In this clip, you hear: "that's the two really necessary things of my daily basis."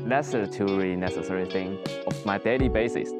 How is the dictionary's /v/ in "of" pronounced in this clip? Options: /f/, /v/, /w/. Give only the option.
/f/